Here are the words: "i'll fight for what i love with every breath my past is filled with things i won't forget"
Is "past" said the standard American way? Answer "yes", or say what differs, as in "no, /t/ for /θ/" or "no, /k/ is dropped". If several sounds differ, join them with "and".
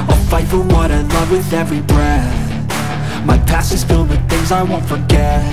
no, /t/ is dropped